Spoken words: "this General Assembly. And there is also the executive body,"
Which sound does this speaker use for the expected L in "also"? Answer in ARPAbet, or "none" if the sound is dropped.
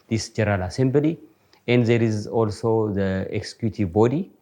L